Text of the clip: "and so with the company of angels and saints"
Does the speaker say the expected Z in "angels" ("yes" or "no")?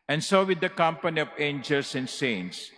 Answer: no